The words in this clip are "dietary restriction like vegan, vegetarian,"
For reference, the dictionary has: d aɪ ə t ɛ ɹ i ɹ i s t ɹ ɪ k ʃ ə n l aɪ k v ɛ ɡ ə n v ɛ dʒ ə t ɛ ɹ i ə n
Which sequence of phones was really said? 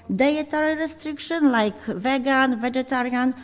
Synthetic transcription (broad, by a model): d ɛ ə t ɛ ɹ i ɹ i s t ɹ ɪ k ʃ ə n l aɪ k v ɛ ɡ ə n v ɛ dʒ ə t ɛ ɹ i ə n